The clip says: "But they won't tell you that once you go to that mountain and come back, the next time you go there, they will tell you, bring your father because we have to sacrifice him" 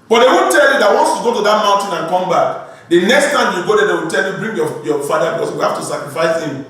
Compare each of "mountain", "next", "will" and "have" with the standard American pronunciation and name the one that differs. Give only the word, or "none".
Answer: have